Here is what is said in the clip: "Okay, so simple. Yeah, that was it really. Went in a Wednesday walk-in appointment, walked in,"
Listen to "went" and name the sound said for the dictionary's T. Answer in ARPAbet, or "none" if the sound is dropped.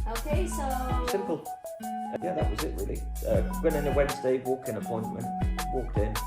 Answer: none